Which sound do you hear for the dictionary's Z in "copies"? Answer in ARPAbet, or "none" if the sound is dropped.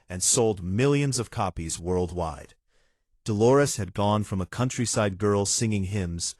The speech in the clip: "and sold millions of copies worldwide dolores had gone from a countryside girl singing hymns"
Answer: Z